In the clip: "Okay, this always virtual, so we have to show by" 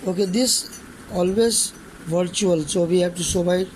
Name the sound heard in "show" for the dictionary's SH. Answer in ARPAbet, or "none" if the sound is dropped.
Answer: S